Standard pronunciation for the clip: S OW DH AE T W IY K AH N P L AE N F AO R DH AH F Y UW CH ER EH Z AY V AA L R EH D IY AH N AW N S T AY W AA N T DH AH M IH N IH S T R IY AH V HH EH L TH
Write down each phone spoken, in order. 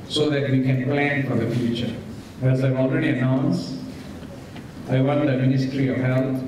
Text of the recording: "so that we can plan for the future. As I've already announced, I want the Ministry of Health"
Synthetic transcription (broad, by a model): S OW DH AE T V IY K AH N P L AE N F AO R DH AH F Y UW CH ER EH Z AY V AA L R EH D IY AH N AW N S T AY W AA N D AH M IH N IH S T R IY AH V HH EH L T